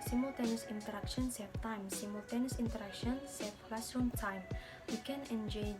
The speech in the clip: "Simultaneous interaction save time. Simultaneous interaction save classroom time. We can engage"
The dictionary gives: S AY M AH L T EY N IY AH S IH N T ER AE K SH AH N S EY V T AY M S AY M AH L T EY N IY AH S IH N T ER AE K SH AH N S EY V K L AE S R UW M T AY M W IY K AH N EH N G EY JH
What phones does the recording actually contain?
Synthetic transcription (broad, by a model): S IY M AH L T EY N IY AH S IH N T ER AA K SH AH N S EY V T AY M S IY M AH L T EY N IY S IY N T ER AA K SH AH N S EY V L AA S UW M T AY M W IY K AH N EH N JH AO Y